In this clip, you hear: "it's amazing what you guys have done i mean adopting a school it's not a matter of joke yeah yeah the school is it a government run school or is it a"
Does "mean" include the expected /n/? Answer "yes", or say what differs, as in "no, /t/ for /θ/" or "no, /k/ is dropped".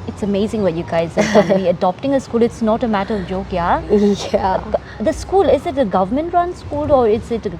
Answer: no, /n/ is dropped